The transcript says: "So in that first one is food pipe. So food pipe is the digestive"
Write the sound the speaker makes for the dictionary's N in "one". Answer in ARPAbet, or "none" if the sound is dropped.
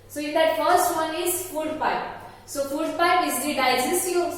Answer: N